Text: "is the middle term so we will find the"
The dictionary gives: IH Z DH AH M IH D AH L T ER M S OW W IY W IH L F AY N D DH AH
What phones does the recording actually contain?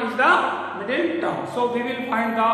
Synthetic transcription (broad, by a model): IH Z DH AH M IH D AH N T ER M S OW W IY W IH L F AY N D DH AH